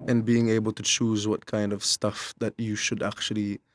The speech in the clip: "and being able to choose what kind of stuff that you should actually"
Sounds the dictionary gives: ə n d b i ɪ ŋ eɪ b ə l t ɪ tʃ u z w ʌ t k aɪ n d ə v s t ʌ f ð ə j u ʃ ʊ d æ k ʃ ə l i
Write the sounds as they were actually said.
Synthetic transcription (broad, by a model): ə n b i ɪ ŋ eɪ b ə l t ɪ tʃ u z w ʌ t k aɪ n d ə v s t ʌ f ð ə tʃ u ʃ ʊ d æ k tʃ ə l i